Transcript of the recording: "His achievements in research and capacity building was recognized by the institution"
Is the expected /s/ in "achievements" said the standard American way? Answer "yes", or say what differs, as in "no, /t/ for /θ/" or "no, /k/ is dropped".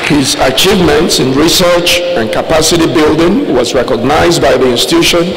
yes